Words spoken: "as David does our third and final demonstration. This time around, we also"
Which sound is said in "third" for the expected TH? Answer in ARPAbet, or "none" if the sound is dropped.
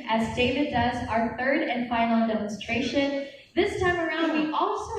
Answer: TH